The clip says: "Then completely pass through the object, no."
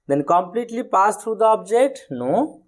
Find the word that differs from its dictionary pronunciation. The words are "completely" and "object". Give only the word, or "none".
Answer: object